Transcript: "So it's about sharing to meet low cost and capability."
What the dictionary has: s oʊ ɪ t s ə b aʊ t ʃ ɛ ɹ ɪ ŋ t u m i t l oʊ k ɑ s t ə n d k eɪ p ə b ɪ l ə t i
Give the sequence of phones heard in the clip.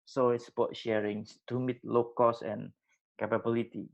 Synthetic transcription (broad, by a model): s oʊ ɪ t s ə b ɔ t ʃ ɛ ɹ ɪ ŋ s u m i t l oʊ k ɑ s ə n k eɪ p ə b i l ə t i